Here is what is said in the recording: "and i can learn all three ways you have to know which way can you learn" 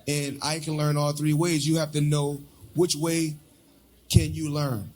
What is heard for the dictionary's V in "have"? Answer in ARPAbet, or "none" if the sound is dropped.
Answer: F